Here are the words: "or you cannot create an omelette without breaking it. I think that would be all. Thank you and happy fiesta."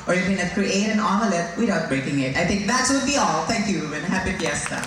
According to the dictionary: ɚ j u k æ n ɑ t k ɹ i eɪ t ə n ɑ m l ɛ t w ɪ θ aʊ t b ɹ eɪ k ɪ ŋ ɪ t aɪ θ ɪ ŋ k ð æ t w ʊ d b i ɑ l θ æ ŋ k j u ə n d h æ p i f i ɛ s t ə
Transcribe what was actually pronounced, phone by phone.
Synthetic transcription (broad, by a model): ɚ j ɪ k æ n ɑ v k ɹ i eɪ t ə n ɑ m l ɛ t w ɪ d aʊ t b ɹ eɪ k ɪ ŋ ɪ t aɪ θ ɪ ŋ k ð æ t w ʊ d b i ɑ l t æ ŋ k j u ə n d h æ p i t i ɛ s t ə